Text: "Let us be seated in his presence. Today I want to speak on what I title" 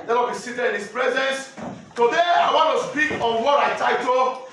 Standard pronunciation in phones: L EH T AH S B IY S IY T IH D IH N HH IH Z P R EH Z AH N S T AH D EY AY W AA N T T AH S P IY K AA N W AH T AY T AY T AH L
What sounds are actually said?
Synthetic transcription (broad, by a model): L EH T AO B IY S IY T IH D IH N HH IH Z P R EH Z AH N S T AH D EY AY W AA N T T AH S P IY K AA N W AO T AY T AY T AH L